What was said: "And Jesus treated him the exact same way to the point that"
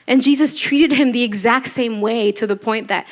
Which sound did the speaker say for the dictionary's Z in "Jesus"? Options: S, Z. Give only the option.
Z